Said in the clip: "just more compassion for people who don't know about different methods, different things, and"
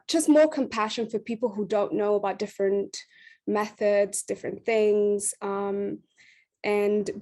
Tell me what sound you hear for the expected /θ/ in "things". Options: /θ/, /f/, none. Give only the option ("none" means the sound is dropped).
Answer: /θ/